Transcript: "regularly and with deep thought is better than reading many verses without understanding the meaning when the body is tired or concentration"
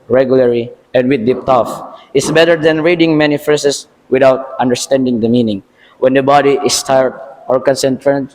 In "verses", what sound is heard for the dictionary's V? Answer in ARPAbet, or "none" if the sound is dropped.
F